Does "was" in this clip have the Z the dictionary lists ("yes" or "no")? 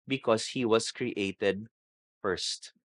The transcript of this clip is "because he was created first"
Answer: no